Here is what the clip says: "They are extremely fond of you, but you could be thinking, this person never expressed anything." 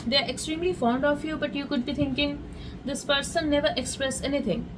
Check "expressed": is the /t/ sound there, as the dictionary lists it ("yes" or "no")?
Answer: no